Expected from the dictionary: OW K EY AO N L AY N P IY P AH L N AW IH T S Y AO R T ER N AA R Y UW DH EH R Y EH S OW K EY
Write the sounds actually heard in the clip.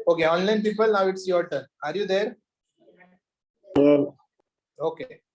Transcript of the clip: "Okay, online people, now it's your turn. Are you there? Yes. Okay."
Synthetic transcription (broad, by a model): OW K EY AO N L AY N P IY P AH L N AW IH T S Y AO R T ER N AA R Y UW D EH R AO OW K EY